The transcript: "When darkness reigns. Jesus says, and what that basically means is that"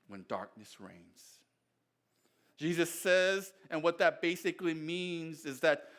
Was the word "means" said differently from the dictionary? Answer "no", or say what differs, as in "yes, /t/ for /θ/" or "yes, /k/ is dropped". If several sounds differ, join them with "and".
no